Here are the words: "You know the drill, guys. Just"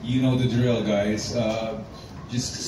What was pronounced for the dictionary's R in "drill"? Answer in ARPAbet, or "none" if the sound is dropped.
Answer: R